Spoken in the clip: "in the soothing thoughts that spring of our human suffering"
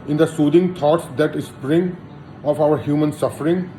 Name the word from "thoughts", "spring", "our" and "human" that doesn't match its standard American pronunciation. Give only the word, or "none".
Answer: thoughts